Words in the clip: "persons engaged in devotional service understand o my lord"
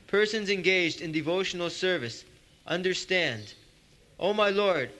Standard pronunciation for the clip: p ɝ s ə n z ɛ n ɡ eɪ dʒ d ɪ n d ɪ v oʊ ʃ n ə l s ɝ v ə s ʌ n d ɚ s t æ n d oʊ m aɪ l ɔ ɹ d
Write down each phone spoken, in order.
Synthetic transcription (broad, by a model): p ɝ s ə n z ɛ n ɡ eɪ dʒ d ɪ n d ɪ v oʊ ʃ n l s ɝ v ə s ʌ n d ɚ s t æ n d oʊ m aɪ l ɔ ɹ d